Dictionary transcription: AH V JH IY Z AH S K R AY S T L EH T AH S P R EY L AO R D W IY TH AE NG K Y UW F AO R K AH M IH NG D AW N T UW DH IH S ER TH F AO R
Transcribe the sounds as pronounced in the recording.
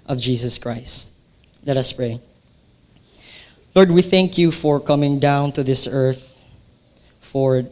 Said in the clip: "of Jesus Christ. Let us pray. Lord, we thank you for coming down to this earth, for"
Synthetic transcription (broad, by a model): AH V JH IY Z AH S K R AY S T L EH T AH S P R EY L AO R D W IY TH AE NG K Y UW F AO R K AH M IH NG D AW N T UW DH IH S ER TH F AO R